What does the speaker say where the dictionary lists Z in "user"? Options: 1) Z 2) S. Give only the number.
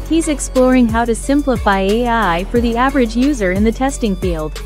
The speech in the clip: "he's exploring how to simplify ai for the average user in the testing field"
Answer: 1